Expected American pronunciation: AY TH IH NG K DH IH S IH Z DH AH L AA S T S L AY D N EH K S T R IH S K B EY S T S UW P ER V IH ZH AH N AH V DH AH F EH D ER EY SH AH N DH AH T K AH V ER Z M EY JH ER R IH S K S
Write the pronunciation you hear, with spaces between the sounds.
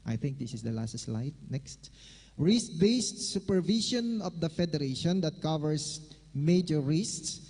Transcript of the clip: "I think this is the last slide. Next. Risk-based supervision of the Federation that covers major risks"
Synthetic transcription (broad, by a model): AY TH IH NG K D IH S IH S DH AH L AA S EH S L AY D N EH K S T R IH S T B EY S T S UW P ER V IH SH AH N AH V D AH F EH D ER EY SH AH N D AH T K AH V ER S M EY JH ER R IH S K S